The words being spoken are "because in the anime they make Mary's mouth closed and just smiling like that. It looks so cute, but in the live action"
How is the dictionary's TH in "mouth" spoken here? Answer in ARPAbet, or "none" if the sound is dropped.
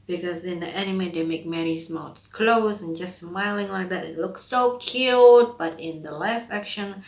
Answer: S